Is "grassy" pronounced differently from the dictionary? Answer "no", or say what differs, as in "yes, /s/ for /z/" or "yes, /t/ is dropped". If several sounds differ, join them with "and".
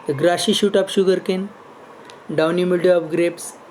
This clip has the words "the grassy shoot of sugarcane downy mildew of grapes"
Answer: yes, /ʃ/ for /s/